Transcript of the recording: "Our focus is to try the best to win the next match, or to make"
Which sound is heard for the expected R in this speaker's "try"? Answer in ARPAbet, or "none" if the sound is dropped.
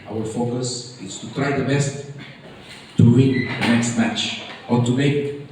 R